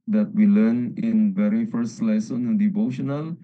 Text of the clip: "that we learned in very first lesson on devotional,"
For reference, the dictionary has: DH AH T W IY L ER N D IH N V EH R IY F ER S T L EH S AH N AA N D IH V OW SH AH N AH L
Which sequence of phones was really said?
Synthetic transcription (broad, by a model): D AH T W IY L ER N IH N V EH R IY F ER S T L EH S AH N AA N D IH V OW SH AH N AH L